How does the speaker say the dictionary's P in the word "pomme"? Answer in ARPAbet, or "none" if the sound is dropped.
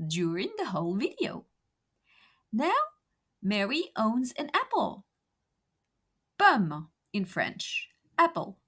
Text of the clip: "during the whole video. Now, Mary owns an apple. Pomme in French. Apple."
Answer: B